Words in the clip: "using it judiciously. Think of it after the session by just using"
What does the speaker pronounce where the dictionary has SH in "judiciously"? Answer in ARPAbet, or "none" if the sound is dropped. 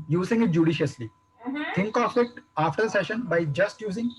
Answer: SH